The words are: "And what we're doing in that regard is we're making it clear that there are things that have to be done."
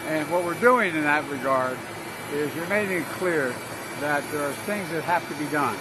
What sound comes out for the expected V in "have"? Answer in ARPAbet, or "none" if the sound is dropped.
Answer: F